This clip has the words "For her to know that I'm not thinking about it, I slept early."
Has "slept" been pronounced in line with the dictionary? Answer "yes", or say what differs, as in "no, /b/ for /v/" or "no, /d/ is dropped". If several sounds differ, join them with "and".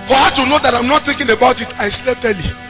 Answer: no, /p/ is dropped